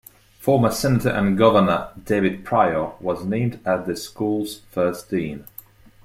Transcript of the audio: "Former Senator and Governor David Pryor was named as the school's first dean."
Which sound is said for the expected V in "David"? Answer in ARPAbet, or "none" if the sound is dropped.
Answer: V